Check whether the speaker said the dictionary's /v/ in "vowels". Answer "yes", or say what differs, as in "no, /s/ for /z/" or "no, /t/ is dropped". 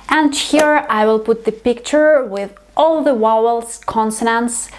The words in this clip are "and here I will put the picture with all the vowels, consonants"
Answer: no, /w/ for /v/